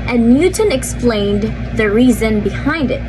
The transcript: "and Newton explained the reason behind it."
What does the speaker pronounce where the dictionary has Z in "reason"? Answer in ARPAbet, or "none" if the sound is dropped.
Z